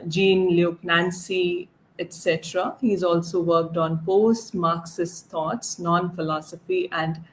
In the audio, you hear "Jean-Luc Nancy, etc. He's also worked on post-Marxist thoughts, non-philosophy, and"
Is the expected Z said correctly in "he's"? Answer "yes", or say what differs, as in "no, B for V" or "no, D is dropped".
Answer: yes